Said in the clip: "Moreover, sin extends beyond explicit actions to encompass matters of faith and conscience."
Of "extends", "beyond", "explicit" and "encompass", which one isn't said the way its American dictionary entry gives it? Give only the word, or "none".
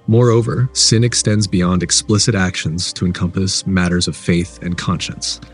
none